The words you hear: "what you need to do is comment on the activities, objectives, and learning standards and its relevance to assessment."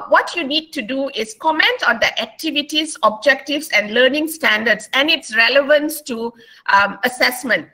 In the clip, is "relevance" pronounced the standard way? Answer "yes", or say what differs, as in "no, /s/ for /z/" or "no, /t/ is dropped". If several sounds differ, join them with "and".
yes